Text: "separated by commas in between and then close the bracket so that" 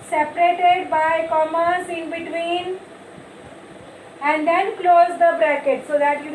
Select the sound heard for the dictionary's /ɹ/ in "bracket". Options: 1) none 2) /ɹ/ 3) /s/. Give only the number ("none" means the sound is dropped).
2